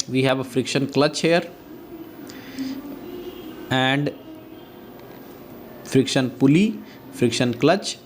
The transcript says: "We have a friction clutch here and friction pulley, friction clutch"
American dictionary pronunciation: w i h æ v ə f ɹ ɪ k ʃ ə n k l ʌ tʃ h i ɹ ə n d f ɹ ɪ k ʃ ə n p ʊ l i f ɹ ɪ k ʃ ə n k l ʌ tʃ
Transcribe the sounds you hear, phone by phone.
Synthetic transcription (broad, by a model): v i h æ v ə f ɹ ɪ k ʃ ə n k l ʌ tʃ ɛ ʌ ɹ ə n d f ɹ ɪ k ʃ ə n p ʊ l i f ɹ ɪ k ʃ ə n k l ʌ tʃ